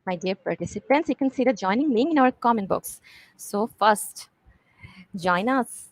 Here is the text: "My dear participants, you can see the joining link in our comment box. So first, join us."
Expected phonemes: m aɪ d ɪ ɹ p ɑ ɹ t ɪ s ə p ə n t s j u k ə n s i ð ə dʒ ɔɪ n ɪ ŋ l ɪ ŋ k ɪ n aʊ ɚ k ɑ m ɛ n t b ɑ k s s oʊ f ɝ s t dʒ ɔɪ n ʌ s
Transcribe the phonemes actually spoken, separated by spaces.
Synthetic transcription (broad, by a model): m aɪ d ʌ ɹ p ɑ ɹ t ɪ s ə p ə n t s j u k ə n s i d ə dʒ ɔɪ n ɪ ŋ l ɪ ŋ ɪ n aʊ ɚ k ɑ m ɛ n b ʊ k s s oʊ f ɝ s t dʒ ɔɪ n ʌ s